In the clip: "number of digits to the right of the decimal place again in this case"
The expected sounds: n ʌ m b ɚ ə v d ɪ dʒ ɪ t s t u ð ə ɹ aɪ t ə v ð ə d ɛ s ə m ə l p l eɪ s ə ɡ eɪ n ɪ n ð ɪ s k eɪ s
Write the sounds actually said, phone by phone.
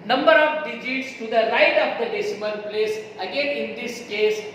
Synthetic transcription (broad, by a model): n ʌ m b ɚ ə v d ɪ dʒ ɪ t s t u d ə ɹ aɪ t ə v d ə d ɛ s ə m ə n p l eɪ s ə ɡ eɪ n ɪ n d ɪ s k eɪ s